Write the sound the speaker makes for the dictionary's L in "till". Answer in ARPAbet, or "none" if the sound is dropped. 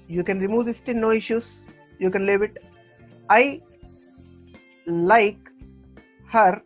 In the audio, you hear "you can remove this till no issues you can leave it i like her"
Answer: N